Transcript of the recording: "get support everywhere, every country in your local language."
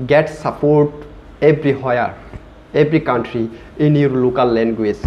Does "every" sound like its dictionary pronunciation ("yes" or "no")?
no